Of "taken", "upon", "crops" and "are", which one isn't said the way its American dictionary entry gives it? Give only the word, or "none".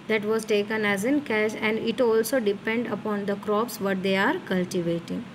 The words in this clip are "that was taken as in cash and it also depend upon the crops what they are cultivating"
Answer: none